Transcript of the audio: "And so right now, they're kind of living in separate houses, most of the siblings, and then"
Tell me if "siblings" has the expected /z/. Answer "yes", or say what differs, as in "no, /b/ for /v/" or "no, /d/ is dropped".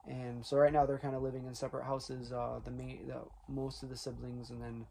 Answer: yes